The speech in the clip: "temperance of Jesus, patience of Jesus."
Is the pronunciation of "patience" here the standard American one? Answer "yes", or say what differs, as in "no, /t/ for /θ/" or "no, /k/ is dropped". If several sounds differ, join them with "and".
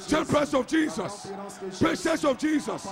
no, /s/ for /ʃ/ and /n/ is dropped